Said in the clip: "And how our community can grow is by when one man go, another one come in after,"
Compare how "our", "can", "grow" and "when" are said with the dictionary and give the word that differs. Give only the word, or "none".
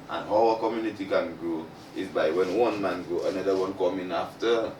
our